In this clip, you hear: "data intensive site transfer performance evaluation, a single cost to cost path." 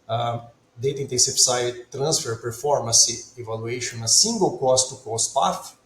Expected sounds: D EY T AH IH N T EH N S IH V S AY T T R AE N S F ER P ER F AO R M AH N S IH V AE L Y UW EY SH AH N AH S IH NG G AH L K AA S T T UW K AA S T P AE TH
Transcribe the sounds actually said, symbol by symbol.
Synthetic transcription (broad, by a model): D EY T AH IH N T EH S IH P S AY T T R AE N S F ER P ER F AO R M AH S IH V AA L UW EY SH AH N AH S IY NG G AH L K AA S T T UW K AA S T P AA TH